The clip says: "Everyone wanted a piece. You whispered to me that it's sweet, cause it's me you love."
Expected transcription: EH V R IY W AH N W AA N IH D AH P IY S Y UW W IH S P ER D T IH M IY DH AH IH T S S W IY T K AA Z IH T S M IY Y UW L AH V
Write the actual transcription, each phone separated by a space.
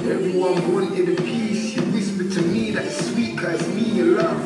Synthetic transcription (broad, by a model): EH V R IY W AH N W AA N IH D AH P IY S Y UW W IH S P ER T IH M IY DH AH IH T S S W IY T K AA IH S M IY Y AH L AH